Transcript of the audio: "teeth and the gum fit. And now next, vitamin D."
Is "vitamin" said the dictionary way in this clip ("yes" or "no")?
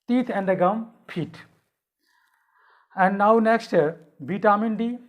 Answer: no